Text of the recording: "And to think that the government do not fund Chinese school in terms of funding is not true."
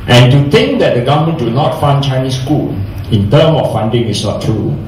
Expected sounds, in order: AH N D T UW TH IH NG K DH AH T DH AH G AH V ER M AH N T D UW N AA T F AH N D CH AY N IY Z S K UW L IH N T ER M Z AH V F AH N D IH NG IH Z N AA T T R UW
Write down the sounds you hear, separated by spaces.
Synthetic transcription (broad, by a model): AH N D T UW T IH NG K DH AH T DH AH G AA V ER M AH N D UW N AA T F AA N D CH AY N IY S K UW L IH N T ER M AH F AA N D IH NG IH S N AA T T R UW